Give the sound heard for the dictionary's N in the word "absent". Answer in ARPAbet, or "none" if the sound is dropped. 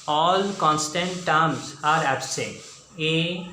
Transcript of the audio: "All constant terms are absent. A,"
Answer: none